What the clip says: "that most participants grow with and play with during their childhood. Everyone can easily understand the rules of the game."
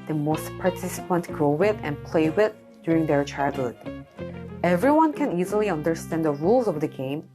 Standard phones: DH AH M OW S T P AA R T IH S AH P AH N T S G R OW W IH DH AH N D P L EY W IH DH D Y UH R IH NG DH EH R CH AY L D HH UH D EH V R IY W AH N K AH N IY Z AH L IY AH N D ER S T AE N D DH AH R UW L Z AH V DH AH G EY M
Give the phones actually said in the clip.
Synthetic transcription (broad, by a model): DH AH M OW S T P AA R T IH S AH P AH N T G R OW W IH DH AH N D P L EY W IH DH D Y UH R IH NG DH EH R CH AY L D HH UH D EH V R IY W AH N K AH N IY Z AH L IY AH N D ER S T AE N D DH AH R UW L Z AH V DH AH G EY M